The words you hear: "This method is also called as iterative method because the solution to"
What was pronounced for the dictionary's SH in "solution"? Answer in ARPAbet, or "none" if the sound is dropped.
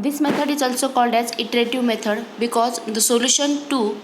SH